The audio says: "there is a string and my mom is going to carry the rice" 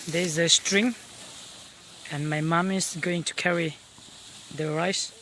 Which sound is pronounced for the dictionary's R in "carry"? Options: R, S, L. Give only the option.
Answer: R